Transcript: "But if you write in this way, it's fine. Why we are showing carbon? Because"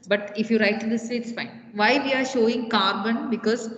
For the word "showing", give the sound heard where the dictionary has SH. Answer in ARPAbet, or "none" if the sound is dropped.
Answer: SH